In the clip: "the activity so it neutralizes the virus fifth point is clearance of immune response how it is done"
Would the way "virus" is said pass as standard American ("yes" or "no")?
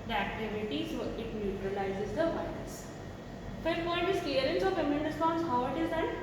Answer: no